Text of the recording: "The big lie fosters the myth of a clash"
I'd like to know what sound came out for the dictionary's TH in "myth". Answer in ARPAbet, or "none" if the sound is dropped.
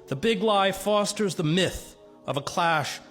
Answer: TH